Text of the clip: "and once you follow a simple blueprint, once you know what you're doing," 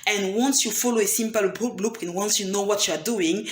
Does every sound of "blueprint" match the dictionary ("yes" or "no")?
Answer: no